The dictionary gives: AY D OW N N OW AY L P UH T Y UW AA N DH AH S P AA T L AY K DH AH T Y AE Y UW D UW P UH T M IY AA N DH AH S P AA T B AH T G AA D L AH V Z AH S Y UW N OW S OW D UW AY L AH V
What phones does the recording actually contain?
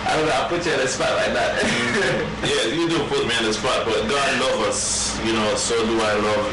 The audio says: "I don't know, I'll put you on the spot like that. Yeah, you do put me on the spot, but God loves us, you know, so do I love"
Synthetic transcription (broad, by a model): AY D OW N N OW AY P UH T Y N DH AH S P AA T L AY K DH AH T Y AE Y UW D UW P UH T M IY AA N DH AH S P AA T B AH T G AA D L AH V AH S Y UW N OW S OW D UW AY L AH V